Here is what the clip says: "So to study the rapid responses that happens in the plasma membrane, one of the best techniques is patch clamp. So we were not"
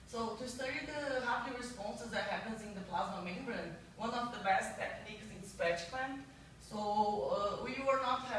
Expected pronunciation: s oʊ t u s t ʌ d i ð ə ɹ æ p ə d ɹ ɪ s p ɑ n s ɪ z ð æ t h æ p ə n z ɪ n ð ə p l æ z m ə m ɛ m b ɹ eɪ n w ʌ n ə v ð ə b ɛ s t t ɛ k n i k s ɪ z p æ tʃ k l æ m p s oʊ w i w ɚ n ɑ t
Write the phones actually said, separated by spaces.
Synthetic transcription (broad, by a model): s oʊ t u s t ʌ d i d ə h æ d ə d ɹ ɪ s p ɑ n s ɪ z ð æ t h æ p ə n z ɪ n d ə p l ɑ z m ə m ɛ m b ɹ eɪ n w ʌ n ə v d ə b ɛ s t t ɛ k n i k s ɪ s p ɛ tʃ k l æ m s oʊ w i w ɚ n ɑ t